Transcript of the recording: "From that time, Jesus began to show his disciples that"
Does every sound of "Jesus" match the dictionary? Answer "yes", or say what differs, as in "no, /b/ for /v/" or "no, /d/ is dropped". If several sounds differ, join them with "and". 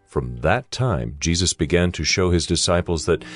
yes